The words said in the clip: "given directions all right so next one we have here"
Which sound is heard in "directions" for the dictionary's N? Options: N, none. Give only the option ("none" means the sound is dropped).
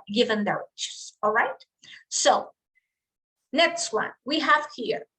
none